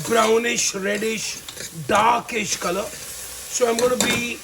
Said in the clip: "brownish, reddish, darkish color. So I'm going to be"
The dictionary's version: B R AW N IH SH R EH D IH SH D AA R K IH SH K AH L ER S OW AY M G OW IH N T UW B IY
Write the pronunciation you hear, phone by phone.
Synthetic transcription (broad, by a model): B R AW N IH SH R EH D IH SH D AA K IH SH K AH L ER S OW AY M G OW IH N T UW B IY